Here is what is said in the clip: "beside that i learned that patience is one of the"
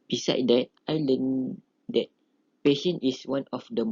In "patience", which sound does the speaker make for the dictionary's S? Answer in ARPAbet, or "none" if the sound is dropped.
none